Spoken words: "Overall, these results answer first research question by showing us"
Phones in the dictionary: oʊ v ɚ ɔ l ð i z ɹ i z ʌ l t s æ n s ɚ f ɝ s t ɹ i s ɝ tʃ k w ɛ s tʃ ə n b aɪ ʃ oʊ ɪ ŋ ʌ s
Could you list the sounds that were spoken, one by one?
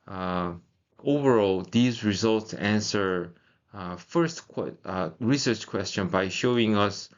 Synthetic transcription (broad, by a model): oʊ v ɚ ɔ l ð i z ɹ i z ʌ l t s æ n s ɚ f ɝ s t ɹ i s ɝ tʃ k w ɛ s tʃ ə n b aɪ ʃ oʊ ɪ ŋ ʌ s